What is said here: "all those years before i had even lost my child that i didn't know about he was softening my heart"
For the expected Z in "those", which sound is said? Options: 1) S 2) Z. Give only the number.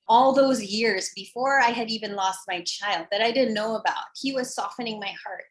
2